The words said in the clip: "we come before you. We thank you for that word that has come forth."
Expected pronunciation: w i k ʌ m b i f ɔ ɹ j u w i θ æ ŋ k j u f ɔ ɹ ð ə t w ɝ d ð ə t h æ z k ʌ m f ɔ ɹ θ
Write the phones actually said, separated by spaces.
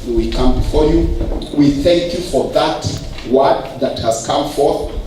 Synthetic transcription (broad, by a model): w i k ʌ m b i f ɔ ɹ j u w i θ æ ŋ k j u f ɔ ɹ ð ə t w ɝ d ð ə t h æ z k ʌ m f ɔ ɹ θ